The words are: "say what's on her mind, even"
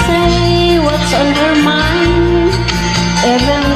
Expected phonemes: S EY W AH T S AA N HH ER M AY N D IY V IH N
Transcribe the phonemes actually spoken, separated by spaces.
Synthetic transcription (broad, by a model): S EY W AH T S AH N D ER M AY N EH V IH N